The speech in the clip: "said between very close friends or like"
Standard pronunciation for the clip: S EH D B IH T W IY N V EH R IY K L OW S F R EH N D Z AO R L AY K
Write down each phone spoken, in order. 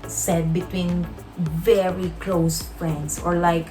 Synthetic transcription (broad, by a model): S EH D B IH T W IY N V EH R IY K L OW S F R EH N D S AO R L AY K